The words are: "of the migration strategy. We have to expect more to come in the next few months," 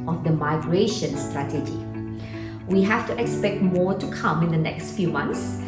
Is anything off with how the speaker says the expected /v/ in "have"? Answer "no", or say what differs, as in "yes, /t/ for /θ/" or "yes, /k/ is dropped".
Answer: yes, /f/ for /v/